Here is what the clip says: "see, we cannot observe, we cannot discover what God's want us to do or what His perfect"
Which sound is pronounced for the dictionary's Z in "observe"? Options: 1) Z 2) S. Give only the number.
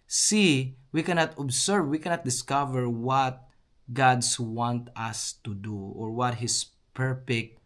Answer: 2